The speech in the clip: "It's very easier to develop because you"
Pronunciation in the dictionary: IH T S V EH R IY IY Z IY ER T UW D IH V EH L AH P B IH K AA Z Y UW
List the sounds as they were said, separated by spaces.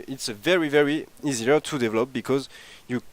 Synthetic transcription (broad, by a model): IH T S V EH R IY IY Z IY ER T UW D IH V EH L AH P B IH K AA Z Y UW